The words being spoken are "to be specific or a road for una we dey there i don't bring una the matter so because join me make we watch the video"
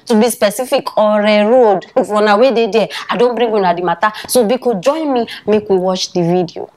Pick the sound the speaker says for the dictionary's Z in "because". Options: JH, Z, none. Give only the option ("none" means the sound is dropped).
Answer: none